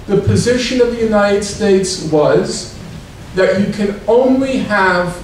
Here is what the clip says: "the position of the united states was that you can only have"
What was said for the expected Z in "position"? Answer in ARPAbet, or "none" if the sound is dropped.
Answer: Z